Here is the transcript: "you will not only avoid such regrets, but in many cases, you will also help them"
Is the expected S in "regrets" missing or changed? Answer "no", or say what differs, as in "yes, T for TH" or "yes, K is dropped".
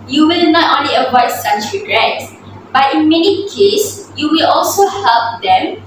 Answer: yes, S is dropped